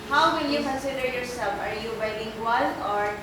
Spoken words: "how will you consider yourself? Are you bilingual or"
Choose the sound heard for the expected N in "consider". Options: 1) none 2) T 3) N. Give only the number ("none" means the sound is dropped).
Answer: 1